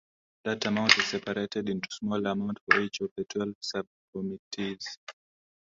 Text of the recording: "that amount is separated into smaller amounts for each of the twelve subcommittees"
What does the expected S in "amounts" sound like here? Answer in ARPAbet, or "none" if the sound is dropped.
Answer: none